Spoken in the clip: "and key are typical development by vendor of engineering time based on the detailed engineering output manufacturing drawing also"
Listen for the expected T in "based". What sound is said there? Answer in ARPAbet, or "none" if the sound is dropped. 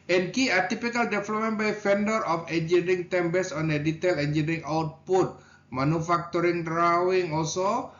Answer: none